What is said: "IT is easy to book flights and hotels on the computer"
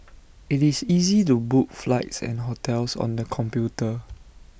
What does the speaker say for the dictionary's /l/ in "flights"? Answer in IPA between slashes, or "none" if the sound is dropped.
/l/